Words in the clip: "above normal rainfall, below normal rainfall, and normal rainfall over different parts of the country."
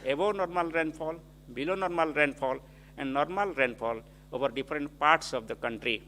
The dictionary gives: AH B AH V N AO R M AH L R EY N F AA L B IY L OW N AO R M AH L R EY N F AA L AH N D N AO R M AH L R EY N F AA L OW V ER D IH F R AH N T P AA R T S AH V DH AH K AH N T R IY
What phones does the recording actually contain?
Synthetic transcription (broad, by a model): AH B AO N AO R M AH L R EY N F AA L B IY L OW N AO R M AH L R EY N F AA L AH N D N AO R M AH L R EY N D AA L OW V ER D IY P R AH N T P AA R T S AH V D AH K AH N T R IY